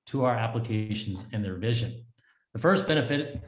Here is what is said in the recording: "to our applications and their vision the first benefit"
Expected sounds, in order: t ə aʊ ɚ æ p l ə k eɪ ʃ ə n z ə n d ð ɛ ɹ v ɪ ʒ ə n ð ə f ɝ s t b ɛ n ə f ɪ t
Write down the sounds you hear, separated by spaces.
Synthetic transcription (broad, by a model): t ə aʊ ɚ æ p l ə k eɪ ʃ n z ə n ð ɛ ɹ v ɪ ʒ ə n ð ə f ɝ s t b ɛ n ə f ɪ t